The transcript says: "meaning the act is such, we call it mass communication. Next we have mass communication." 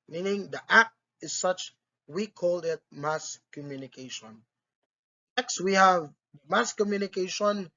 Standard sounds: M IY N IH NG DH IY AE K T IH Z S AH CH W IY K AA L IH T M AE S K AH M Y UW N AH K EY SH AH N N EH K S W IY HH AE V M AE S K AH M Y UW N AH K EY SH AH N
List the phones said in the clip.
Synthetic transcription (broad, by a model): M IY N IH NG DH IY AE K T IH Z S AH CH W IY K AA L IH T M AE S K AH M Y UW N AH K EY SH AH N N EH K S W IY HH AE V M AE S K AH M Y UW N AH K EY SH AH N